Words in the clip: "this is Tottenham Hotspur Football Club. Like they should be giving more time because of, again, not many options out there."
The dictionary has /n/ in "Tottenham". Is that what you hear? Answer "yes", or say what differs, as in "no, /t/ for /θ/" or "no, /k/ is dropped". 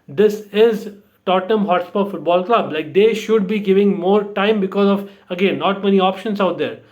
no, /n/ is dropped